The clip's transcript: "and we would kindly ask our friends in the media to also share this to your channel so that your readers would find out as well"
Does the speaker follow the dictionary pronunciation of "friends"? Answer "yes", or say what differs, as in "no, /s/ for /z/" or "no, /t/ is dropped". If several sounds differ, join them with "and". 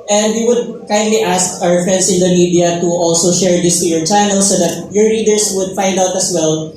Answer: no, /s/ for /z/